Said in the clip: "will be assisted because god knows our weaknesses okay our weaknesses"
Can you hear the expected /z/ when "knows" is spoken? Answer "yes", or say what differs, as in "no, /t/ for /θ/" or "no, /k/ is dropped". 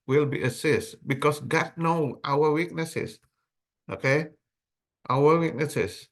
no, /z/ is dropped